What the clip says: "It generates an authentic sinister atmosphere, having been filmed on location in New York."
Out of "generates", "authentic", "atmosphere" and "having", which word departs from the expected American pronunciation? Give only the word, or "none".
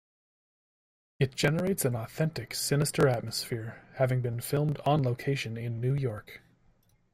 none